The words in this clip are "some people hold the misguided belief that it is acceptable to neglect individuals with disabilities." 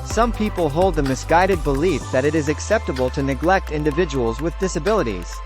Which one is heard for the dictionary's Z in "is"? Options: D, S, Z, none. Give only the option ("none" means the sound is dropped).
Z